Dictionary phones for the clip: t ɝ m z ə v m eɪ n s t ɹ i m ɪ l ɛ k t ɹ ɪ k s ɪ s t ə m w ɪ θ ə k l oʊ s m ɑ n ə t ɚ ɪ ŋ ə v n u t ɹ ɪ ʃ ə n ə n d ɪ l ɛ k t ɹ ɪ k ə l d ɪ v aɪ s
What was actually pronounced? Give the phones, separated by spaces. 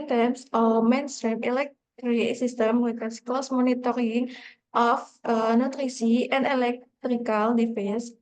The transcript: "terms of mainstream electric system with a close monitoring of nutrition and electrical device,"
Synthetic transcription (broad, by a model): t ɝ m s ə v m eɪ n s t ɹ i m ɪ l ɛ k t ɹ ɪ s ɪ s t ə m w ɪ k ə k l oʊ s m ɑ n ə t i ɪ ŋ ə f n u t ɹ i s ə ə n d ɪ l ɛ k t ɹ ɪ k ə l d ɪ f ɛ s